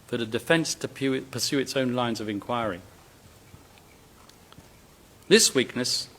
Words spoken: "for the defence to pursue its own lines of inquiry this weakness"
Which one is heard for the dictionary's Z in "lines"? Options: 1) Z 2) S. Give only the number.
1